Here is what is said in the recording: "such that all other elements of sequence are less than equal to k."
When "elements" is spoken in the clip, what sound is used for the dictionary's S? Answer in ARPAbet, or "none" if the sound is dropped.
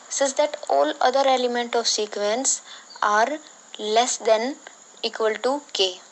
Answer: none